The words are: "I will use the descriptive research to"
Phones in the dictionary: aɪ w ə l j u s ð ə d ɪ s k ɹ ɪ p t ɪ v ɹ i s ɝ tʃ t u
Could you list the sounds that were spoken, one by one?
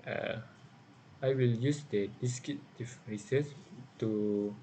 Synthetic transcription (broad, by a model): aɪ w ə l j u s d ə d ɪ s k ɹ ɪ t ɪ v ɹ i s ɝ s t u